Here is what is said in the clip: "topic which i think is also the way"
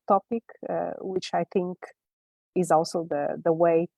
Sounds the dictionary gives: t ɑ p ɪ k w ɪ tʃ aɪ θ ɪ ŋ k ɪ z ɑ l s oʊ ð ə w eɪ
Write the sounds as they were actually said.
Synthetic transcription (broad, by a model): t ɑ p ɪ k w ɪ tʃ aɪ θ ɪ ŋ k ɪ z ɑ l s oʊ ð ə w eɪ